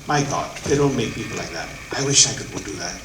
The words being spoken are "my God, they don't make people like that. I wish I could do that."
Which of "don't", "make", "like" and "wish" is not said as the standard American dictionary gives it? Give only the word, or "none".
none